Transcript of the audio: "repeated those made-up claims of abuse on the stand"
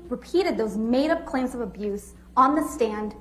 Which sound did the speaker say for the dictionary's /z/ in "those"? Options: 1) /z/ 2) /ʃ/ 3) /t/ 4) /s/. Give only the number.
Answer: 1